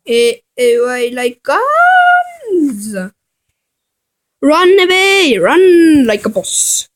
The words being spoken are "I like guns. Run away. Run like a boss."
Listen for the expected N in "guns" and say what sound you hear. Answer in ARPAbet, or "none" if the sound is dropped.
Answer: none